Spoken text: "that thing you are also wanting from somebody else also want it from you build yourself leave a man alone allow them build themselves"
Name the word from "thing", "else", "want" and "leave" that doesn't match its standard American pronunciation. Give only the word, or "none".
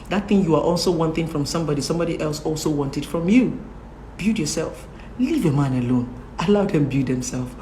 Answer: none